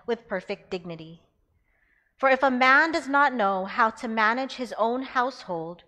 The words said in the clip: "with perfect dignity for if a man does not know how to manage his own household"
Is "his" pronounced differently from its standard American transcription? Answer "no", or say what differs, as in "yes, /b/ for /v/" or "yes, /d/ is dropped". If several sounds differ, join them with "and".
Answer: no